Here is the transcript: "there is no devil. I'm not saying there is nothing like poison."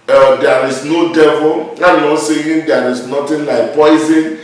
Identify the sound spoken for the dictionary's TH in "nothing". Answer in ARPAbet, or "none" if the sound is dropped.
T